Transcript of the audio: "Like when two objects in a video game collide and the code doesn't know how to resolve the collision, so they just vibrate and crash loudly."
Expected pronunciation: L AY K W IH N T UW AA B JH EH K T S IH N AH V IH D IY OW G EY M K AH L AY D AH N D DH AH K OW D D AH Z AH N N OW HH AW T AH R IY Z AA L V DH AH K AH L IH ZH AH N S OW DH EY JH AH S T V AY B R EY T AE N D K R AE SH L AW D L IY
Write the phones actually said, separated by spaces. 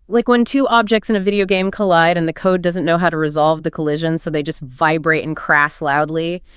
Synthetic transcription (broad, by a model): L AY K W IH N T UW AA B JH EH K T S IH N AH V IH D IY OW G EY M K AH L AY D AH N DH AH K OW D D AH Z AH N N OW HH AW T AH R IY Z AA L V DH AH K AH L IH ZH AH N S OW DH EY JH AH S T V AY B R EY T N K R AE S L AW D L IY